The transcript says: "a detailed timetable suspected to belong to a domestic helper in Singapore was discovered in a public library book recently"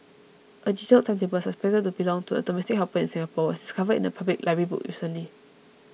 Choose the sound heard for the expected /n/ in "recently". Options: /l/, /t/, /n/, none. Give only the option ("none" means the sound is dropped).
none